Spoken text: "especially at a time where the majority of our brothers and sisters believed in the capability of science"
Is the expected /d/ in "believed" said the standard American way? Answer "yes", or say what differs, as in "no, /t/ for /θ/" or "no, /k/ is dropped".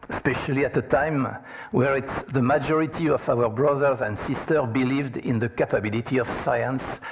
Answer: yes